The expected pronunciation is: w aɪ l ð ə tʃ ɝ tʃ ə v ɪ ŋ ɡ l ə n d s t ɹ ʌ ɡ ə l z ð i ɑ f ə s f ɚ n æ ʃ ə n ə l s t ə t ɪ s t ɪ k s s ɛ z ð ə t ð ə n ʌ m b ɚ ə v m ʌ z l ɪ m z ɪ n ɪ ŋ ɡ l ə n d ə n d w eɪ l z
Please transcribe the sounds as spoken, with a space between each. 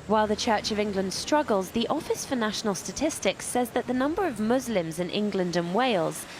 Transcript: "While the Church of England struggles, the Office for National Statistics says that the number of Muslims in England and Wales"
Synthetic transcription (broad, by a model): w aɪ l ð ə tʃ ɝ tʃ ə v ɪ ŋ ɡ l ə n d s t ɹ ʌ ɡ ə l z ð i ɑ f ə s f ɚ n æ ʃ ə n ə l s t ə t ɪ s t ɪ k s s ɛ z ð ə t ð ə n ʌ m b ɚ ə v m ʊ z l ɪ m z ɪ n ɪ ŋ ɡ l ə n d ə n w eɪ l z